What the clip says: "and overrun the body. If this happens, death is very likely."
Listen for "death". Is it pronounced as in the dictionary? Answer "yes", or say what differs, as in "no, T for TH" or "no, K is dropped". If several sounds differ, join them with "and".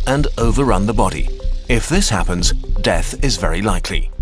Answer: yes